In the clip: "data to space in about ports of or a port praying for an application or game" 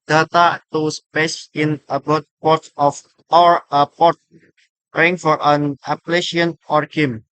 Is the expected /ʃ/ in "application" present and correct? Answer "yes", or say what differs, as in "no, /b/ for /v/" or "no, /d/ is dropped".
no, /ʃ/ is dropped